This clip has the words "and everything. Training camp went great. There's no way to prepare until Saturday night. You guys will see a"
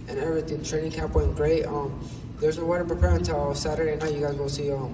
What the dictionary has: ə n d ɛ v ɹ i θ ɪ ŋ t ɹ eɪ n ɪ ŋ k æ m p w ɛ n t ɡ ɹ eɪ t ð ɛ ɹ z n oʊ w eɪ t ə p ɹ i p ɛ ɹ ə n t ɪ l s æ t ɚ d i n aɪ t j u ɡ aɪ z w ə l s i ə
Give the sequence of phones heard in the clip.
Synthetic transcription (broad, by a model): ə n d ɛ v ɹ i θ ɪ ŋ t ɹ eɪ n ɪ ŋ k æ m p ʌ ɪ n ɡ ɹ eɪ t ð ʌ ɹ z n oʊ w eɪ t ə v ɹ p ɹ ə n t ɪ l s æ t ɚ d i n aɪ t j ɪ ɡ aɪ z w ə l s i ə